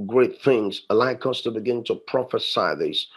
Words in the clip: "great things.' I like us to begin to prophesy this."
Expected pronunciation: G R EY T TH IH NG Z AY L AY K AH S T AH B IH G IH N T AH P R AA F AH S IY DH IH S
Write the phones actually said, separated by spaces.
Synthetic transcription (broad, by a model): G R EY T TH IH NG Z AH L AY K AH S T AH B IH G IH N T AH P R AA F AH S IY DH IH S